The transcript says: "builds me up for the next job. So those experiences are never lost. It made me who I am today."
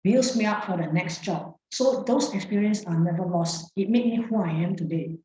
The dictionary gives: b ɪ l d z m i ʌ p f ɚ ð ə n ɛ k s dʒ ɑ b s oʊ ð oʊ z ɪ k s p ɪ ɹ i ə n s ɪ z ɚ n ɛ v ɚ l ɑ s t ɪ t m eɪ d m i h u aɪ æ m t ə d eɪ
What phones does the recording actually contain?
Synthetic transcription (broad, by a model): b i l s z m i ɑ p f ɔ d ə n ɛ k s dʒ ɑ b s oʊ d oʊ s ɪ k s p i ɹ i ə n s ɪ n ɛ v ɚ l ɑ s t ɪ t m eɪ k m i h u aɪ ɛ m t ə d eɪ